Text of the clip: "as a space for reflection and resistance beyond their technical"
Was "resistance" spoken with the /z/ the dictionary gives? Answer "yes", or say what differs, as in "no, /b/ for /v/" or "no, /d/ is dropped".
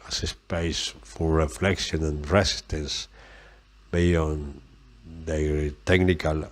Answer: no, /s/ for /z/